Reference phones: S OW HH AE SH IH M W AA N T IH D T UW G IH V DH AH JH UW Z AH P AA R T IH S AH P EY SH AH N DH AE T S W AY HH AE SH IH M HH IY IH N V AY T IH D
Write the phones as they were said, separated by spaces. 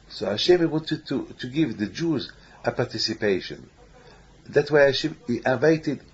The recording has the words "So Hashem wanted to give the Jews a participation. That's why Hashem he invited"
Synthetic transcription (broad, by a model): S OW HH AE SH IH M W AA N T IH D T UW G IH V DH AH JH UW Z AH P AA R T IH S AH P EY SH AH N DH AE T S W AY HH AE SH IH M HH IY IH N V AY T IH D